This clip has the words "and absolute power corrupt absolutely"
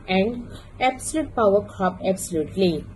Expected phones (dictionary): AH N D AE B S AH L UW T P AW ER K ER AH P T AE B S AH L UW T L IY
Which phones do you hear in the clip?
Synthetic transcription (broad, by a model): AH N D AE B S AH L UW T P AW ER K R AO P EH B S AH L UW T L IY